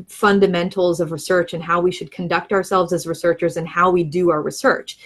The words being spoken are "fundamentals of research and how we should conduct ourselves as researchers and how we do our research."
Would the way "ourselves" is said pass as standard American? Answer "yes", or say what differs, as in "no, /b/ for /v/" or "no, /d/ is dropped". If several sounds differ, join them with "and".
yes